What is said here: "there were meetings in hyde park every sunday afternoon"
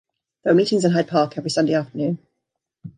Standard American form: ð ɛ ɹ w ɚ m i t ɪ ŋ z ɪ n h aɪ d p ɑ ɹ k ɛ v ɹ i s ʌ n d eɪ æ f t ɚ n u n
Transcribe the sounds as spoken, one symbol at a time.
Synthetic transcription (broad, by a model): ð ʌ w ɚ m i t ɪ ŋ z ɪ n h aɪ d p ɑ k ɛ v ɹ i s ʌ n d eɪ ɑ f t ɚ n u n